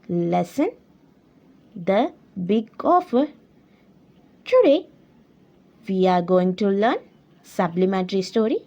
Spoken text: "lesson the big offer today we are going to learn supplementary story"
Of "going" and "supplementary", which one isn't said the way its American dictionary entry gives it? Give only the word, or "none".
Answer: supplementary